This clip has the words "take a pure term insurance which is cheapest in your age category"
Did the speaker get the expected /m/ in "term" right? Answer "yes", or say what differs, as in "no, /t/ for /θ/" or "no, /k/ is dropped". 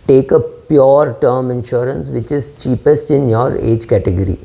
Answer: yes